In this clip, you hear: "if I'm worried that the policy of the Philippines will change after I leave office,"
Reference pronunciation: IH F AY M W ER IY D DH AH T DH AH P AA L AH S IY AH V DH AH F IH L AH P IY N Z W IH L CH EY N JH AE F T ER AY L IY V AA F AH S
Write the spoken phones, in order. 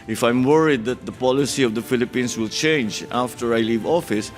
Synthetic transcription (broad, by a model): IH F AY M W ER IY D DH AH T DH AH P AA L AH S IY AH V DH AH F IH L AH P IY N S W IH L CH EY N JH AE F T ER AY L IY V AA F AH S